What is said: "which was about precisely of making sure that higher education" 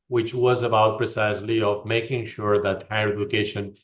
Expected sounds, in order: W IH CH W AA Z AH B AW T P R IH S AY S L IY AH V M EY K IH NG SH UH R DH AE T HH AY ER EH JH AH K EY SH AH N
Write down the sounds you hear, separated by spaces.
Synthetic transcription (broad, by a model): W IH CH W AA Z AH B AW T P R IH S AY S L IY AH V M EY K IH NG SH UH R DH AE T HH AY ER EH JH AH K EY SH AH N